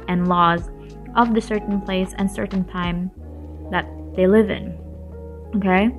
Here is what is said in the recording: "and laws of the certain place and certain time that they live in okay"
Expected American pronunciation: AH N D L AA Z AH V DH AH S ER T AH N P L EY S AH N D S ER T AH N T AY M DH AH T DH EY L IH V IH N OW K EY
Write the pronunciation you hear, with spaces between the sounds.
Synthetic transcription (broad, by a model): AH N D L AA Z AH V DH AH S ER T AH N P L EY S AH N S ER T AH N T AY M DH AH T DH EY L IH V IH N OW K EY